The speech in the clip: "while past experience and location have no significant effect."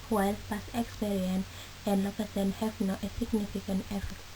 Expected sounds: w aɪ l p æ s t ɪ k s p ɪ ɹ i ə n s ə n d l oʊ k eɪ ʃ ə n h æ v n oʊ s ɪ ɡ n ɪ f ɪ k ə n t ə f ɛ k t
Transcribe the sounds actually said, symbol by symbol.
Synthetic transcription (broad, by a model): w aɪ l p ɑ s ɪ k s p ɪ ɹ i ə n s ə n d l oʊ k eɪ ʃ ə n h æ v n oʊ s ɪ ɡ n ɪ f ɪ k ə n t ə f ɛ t